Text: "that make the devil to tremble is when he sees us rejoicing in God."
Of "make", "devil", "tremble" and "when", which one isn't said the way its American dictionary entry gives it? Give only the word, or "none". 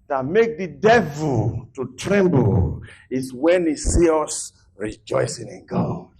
none